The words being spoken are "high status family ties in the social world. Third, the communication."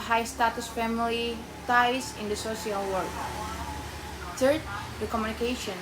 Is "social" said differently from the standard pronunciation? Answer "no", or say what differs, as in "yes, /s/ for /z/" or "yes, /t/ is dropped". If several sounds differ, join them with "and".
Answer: yes, /s/ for /ʃ/